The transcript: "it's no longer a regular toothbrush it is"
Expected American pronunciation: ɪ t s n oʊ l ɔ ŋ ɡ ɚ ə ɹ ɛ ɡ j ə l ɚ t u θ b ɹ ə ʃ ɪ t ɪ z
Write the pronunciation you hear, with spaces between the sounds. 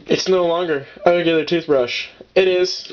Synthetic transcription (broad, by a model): ɪ t s n oʊ l ɔ ŋ ɡ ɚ ə ɹ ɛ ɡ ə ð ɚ t u θ b ɹ ə ʃ ɪ t ɪ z